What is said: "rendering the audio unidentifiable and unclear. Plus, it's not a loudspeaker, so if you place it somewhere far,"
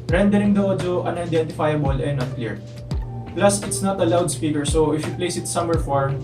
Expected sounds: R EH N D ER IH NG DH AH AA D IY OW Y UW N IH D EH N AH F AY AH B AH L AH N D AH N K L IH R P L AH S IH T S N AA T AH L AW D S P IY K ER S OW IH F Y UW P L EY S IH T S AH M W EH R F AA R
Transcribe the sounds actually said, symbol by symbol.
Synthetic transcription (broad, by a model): R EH N D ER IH NG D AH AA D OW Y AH N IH D EH N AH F AY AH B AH L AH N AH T K L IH R P L AH S IH T S N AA T AH L AW D S P IY K ER S OW IH F Y UW P L EY S IH T S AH M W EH R F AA R